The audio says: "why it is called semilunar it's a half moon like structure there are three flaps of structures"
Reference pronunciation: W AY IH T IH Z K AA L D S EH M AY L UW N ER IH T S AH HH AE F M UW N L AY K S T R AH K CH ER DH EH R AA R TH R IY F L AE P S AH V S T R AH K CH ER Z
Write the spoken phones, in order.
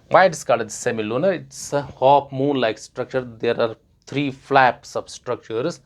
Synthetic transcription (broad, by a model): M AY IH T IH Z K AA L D S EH M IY L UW N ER IH T S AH HH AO P M UW N L AY K S T R AH K CH ER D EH R AA R T R IY F L AE P S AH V S T R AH K CH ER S